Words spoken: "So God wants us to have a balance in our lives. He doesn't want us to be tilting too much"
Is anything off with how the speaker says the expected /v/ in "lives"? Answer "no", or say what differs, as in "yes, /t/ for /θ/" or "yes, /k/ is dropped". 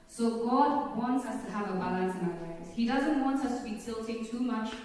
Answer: yes, /v/ is dropped